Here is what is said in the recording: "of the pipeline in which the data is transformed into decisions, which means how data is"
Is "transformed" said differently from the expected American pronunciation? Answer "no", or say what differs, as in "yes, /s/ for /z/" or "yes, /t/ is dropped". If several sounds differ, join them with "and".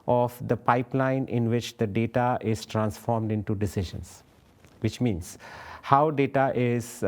no